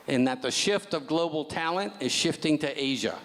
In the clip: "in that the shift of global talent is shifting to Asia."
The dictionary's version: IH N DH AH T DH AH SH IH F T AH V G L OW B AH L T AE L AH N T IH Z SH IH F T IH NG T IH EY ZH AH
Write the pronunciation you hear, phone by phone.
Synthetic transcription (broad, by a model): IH N DH AH T DH AH SH IH F T AH V G L OW B L T AE L AH N T IH Z SH IH F T IH NG T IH EY ZH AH